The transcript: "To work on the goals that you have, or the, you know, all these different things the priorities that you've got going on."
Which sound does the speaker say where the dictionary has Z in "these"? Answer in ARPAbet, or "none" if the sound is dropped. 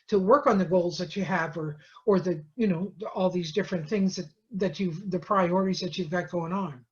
Z